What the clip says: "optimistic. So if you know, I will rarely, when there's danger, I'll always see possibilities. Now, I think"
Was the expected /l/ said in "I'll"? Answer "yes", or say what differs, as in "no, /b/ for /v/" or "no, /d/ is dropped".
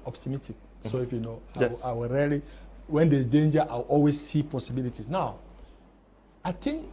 no, /w/ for /l/